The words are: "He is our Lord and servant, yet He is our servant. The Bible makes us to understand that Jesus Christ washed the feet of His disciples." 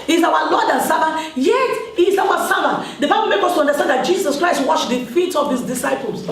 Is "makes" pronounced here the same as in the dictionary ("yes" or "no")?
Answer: no